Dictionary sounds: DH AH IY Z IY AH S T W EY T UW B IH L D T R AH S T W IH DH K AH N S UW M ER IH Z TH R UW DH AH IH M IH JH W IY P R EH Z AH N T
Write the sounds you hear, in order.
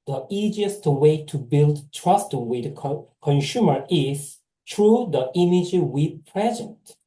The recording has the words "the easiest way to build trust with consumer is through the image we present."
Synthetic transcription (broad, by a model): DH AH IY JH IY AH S T W EY T UW B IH L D T R AH S T W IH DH K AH N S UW M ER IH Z T R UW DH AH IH M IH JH W IY P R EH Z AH N T